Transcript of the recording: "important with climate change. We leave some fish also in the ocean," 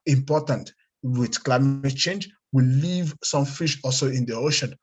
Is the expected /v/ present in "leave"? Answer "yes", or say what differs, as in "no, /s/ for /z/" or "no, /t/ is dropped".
yes